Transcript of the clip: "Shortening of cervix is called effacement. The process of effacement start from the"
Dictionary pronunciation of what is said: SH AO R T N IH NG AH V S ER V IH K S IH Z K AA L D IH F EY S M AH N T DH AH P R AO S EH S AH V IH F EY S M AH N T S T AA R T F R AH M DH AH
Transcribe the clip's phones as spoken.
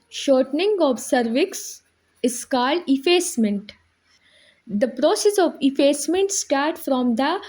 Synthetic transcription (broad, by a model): SH AO R T N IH NG AH V S ER V IH K S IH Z K AA L D IH F EY S M AH N T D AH P R AO S EH S AH V IH F EY S M AH N T S T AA R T F R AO M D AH